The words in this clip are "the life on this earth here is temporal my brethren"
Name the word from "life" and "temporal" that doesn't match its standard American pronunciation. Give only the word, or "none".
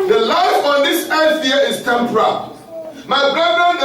none